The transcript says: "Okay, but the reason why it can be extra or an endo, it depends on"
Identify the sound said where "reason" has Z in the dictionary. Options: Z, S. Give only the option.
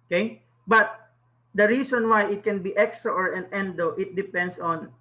S